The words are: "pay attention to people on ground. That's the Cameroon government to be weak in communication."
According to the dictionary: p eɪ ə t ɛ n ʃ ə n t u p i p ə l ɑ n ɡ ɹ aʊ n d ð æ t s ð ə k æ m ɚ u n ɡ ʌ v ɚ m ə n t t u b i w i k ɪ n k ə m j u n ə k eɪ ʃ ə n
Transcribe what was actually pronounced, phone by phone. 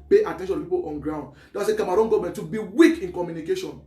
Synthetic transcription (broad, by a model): p eɪ ə t ɛ n ʃ ə n t u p i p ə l ɑ n ɡ ɹ aʊ n d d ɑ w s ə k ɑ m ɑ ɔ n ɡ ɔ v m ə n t t u b i w i k ɪ n k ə m j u n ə k eɪ ʃ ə n